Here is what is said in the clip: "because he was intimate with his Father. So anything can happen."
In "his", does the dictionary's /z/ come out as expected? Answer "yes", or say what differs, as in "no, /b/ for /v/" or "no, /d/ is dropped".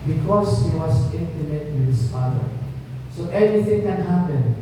no, /s/ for /z/